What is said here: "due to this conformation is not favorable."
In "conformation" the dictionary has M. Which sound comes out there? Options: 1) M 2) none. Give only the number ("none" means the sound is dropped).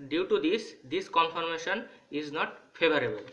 1